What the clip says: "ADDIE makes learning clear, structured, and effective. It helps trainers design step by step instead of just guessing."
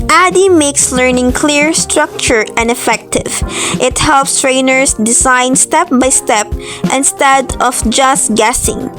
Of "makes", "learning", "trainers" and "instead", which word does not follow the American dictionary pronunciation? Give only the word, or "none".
trainers